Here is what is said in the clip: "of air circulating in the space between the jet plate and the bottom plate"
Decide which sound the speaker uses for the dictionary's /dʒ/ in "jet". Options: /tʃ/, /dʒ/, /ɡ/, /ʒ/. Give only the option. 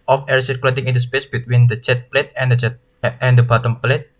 /tʃ/